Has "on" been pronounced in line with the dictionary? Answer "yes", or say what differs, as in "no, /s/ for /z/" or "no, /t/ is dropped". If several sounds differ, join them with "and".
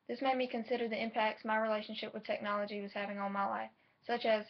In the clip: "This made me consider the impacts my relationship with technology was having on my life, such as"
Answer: no, /l/ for /n/